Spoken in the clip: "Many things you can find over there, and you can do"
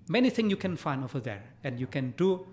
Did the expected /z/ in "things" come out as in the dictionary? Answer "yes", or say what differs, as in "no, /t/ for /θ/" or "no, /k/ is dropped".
no, /z/ is dropped